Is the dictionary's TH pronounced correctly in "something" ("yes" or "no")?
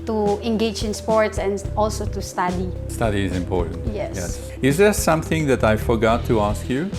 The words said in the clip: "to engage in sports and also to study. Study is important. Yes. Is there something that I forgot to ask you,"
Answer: yes